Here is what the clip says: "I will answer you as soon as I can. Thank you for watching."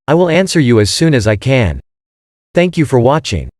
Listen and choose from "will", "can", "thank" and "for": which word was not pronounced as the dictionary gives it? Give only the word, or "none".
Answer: none